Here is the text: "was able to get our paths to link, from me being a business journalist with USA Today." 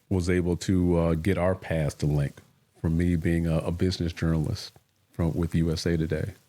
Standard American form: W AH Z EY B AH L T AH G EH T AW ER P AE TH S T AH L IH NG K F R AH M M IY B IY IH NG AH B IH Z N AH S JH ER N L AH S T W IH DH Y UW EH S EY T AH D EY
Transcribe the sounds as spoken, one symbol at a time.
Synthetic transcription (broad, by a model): W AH Z EY B L T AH G EH T AW ER P AE S T AH L IH NG K F R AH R M IY B IY IH NG AH B IH Z N AH S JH ER N L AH S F W IH DH Y UW EH S EY T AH D EY